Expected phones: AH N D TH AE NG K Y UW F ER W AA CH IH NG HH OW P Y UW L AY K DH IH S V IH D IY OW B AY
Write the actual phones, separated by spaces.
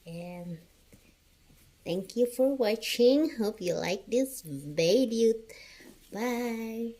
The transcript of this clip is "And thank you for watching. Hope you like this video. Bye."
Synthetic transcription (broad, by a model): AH N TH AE NG K Y UW F ER W AA CH IH NG HH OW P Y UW L AY K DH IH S B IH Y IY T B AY